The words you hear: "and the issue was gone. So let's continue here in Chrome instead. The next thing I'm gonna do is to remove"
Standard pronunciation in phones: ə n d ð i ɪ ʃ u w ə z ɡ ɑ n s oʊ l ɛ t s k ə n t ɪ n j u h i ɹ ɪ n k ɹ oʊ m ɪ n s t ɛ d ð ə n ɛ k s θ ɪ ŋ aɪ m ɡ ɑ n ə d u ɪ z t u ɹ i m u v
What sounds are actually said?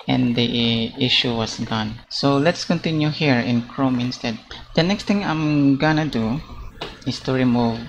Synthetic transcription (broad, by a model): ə n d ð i ɪ ʃ u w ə s ɡ ɑ n s oʊ l ɛ t s k ə n t ɪ n j u h i ɹ ɪ n k ɹ oʊ m ɪ n s t ɛ d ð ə n ɛ k s t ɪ ŋ aɪ m ɡ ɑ n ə d u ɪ s t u ɹ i m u v